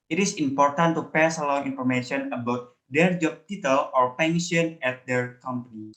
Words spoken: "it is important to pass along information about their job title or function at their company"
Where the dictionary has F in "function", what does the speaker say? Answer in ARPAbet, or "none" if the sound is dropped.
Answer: P